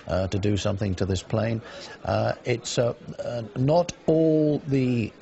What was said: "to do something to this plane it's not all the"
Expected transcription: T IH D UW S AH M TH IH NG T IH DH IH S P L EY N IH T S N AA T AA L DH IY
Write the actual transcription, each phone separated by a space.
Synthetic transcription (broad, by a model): T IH D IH S AH M TH IH NG T IH DH IH S P L EY N IH T S N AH T AA L DH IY